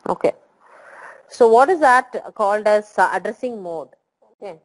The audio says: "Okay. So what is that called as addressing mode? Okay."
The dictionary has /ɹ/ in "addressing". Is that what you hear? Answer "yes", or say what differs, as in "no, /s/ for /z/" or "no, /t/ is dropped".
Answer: yes